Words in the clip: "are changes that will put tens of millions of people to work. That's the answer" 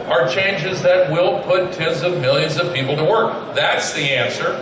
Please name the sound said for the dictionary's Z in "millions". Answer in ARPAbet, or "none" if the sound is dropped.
Z